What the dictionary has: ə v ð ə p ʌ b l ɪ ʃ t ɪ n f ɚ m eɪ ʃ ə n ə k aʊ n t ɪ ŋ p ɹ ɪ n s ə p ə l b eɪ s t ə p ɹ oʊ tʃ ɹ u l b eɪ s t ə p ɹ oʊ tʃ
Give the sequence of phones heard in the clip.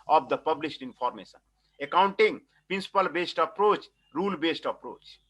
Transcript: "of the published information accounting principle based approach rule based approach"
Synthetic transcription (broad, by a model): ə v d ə p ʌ b l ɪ s t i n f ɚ m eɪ s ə n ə k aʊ n t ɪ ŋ p ɹ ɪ n s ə p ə l b eɪ s t ə p ɹ oʊ tʃ ɹ u l b eɪ s t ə p ɹ oʊ tʃ